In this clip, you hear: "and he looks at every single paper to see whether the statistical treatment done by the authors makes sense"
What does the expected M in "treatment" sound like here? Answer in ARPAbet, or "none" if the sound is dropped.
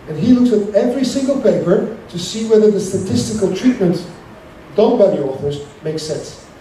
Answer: M